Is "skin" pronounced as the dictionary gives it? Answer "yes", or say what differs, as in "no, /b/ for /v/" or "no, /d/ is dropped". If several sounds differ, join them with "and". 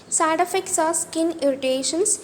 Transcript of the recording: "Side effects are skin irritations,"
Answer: yes